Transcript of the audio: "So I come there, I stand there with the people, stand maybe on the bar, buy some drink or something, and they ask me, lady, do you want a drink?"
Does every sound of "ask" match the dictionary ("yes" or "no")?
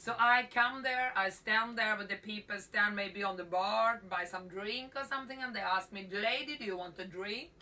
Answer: yes